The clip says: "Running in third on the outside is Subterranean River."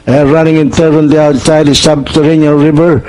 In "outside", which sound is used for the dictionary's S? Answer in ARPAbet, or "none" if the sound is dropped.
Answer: none